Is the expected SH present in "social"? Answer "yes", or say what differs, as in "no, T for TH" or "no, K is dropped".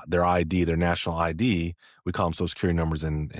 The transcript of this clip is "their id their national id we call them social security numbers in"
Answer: no, SH is dropped